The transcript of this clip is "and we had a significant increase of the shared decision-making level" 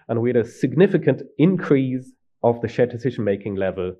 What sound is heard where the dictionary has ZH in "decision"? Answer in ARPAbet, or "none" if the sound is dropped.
ZH